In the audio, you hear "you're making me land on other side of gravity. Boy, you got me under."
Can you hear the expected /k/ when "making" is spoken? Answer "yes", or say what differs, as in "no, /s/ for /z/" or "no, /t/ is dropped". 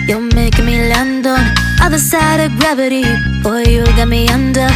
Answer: no, /k/ is dropped